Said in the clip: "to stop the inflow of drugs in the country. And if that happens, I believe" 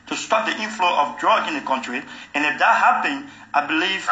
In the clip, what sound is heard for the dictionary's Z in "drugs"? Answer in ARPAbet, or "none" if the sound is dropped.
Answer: none